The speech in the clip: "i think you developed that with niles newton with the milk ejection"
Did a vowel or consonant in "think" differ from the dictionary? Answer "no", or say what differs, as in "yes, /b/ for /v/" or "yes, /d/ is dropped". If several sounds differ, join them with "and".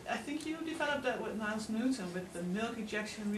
no